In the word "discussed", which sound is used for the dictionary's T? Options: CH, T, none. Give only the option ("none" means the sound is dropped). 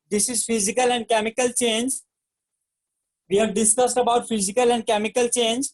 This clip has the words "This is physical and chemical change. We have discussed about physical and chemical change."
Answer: T